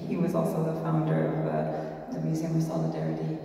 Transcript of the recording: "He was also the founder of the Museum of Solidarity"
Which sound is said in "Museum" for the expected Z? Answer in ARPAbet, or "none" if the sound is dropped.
Z